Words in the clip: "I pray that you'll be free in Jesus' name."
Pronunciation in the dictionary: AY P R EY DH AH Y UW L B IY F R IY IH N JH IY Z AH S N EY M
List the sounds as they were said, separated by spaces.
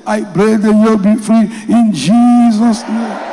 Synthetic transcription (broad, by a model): AY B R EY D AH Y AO B IY F R IY IH N JH IY Z AH S N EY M